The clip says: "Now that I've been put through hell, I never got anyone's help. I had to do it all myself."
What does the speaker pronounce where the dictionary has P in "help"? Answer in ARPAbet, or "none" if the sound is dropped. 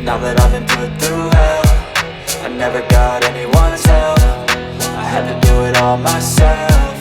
F